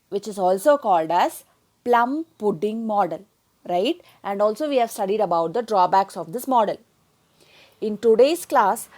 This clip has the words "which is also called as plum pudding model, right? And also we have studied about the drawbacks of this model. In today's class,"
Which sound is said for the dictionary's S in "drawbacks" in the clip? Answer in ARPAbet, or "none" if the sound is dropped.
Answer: S